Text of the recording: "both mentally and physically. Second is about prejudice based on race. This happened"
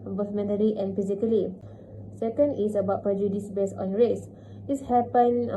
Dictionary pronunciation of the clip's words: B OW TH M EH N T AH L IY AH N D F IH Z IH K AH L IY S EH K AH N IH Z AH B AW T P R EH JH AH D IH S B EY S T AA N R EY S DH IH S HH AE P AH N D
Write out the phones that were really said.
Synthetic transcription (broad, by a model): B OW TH M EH N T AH L IY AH N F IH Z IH K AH L IY S EH K AH N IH S AH B AW T P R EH JH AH D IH S B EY S AA N R EY S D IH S HH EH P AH N